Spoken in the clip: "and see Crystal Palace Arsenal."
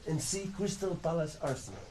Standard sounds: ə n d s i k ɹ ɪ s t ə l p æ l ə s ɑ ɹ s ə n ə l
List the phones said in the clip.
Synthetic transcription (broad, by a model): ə n s i k w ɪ s t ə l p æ l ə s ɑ ɹ s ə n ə